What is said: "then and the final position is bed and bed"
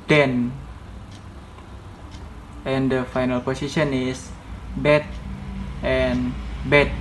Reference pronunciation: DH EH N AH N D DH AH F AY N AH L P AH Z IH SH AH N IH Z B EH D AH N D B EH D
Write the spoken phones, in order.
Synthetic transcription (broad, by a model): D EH N AH N D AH F AY N AH L P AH S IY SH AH N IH S B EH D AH N B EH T